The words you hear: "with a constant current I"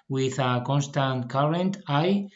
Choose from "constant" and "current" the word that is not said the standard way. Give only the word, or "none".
none